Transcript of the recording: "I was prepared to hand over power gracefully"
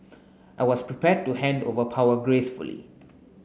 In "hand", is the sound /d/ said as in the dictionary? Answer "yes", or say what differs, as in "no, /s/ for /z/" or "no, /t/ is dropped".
yes